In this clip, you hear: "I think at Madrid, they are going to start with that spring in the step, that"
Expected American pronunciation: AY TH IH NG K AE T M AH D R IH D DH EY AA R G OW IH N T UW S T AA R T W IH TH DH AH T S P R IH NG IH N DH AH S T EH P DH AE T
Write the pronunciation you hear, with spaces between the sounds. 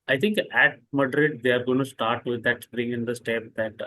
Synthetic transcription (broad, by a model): AY T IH NG K AE T M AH D R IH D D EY AA R G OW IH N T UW S T AA R T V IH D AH T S R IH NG IH N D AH S T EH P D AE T